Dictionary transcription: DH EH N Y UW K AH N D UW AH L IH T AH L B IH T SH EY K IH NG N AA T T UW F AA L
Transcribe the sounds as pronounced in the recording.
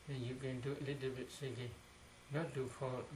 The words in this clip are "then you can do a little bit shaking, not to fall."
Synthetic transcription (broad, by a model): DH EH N Y UW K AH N D UW AH L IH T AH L B IH T S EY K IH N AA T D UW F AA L